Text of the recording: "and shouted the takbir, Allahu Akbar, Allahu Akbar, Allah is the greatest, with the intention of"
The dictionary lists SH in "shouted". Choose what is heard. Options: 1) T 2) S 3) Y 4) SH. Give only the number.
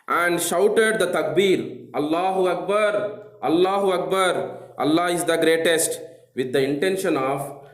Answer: 4